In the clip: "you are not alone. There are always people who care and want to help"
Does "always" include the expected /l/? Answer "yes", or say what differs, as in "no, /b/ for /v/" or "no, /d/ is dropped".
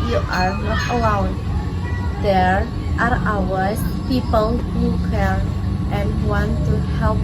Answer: no, /l/ is dropped